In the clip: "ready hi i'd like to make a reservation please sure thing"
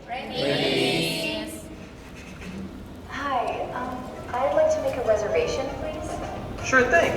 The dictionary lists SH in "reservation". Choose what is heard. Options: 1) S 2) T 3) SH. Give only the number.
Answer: 3